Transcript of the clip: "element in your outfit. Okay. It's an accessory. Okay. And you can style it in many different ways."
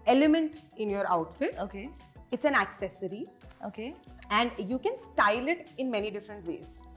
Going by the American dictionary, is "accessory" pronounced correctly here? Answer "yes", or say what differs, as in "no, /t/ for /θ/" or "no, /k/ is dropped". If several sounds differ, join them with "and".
yes